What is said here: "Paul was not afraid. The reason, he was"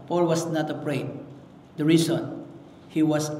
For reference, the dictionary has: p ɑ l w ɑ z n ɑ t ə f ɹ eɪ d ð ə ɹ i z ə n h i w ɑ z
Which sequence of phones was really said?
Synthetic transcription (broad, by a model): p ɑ l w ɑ s n ɑ t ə p ɹ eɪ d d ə ɹ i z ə n h i w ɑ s